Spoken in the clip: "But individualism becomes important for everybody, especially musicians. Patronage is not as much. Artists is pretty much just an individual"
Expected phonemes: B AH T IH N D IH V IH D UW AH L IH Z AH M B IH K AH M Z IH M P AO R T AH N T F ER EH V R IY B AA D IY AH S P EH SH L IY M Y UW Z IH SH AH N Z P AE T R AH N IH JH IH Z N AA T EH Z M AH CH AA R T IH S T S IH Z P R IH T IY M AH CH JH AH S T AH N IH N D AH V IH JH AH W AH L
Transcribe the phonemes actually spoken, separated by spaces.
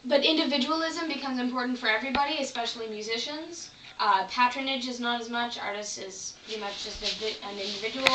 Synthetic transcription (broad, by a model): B AH T IH N D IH V IH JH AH L IH Z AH M B IH K AH M Z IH M P AO R T N T F ER EH V R IY B AA D IY AH S P EH SH L IY M Y UW Z IH SH AH N Z P AE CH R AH N IH JH IH Z N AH T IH Z M AH CH AA R T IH S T IH Z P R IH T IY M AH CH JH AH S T AH N IH N D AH V IH JH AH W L